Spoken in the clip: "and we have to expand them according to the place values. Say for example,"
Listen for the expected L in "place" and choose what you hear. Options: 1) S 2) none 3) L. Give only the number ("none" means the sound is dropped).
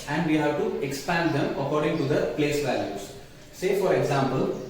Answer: 3